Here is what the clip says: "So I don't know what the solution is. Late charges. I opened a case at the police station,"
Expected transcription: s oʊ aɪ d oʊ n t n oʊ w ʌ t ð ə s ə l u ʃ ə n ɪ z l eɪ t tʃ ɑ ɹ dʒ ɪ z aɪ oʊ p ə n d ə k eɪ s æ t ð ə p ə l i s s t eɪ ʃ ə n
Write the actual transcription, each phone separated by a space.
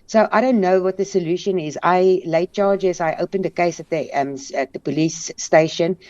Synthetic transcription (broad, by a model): s oʊ aɪ d oʊ n t n oʊ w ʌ t ð ə s ə l u ʃ ə n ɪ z l eɪ t tʃ ɑ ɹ dʒ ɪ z aɪ oʊ p ə n d ə k eɪ s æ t ð ə p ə l i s s t eɪ ʃ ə n